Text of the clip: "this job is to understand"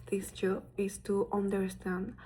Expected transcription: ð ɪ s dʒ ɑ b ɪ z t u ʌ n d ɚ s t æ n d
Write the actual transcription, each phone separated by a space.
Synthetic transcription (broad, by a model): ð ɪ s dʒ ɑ ɪ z t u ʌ n d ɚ s t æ n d